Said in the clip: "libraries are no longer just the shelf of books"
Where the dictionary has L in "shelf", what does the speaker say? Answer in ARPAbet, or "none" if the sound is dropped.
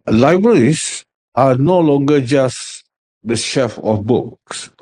none